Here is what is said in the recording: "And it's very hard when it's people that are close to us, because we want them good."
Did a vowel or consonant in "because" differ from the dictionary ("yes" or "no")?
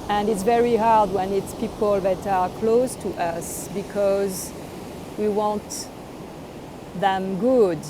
no